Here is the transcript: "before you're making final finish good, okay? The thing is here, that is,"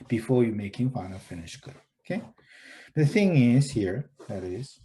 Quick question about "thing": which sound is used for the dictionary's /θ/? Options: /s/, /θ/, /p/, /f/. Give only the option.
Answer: /θ/